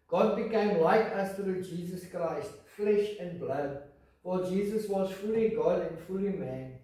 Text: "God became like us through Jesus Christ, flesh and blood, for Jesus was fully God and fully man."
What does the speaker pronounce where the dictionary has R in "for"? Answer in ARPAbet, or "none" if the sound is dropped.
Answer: L